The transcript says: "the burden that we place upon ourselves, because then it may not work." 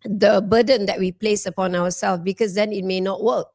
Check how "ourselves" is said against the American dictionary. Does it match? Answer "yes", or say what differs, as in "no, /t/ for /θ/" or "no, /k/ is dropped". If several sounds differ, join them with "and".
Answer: no, /w/ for /ɹ/